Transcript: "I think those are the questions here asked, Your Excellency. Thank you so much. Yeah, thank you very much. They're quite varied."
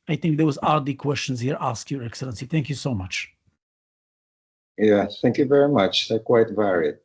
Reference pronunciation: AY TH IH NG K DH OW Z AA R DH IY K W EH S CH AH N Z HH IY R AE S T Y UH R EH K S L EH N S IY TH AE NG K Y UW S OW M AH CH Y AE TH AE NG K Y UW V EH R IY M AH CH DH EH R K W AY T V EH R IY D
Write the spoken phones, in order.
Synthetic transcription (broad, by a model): AY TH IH NG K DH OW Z AA R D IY K W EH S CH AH N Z HH IY R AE S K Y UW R EH K S L EH N S IY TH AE NG K Y UW S OW M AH CH Y AE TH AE NG K Y UW V EH R IY M AH CH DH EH K W AY T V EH R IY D